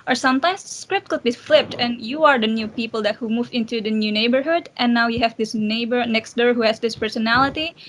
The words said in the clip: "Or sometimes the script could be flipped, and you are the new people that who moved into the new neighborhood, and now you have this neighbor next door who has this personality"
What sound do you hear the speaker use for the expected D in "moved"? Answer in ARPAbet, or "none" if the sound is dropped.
none